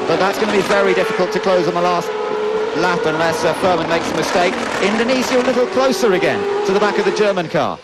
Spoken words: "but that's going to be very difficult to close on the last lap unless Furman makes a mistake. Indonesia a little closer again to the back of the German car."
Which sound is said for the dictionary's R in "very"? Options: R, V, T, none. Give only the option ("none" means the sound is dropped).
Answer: R